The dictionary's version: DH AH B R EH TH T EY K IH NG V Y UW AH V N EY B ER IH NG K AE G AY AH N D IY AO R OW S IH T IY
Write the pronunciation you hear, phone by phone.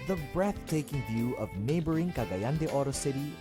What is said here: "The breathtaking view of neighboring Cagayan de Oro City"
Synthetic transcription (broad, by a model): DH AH B R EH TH T EY K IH NG V Y UW AH V N EY B ER IH NG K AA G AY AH N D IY AO R OW S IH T IY